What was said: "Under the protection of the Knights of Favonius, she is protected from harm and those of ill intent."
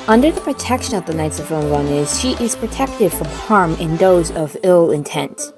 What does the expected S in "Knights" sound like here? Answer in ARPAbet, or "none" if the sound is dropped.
S